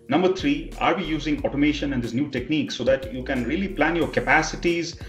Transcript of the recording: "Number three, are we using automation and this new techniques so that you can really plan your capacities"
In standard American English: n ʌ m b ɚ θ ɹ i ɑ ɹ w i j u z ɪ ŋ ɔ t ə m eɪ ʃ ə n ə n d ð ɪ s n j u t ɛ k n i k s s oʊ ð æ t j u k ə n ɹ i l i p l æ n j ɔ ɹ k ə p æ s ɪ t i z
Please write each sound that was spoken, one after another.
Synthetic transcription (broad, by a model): n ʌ m b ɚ t ɹ i ɑ ɹ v i j u z ɪ ŋ ɔ t ə m eɪ ʃ ə n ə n d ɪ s n j u t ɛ k n i k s s oʊ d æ t j u k ə n ɹ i l i p l æ n j ɔ ɹ k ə p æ s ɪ t i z